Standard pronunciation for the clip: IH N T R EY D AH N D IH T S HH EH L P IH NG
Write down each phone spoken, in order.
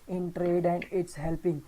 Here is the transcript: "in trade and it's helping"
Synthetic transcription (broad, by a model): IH N T R EY D AH N D IH T S HH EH L P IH NG